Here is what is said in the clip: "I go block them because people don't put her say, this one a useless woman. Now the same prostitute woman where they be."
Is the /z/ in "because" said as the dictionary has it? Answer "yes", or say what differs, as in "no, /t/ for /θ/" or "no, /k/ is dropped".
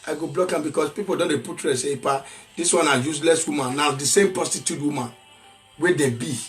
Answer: no, /s/ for /z/